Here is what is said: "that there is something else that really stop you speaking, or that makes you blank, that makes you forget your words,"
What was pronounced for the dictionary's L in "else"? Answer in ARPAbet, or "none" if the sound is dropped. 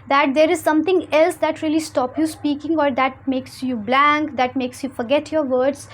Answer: L